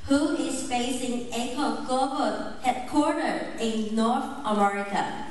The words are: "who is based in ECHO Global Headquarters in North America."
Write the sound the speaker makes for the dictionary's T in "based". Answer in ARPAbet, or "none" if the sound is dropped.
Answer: none